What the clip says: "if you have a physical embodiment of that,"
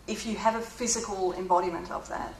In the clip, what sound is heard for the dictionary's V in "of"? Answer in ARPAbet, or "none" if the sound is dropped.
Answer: V